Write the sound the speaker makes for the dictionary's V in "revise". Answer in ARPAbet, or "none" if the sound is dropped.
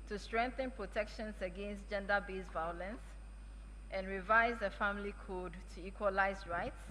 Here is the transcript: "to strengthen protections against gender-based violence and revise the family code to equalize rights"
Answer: V